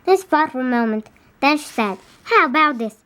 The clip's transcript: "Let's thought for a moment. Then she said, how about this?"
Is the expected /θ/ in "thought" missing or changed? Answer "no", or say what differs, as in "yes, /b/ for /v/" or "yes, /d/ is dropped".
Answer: yes, /f/ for /θ/